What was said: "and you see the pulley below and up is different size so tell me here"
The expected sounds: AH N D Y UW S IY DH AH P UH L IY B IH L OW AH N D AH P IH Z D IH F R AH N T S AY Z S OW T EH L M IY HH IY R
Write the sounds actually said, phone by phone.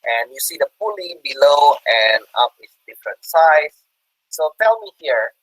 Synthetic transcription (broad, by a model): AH N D Y UW S IY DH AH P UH L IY B IH L OW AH N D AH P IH S D IH F R AH N T S AY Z S OW T EH L M IY HH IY R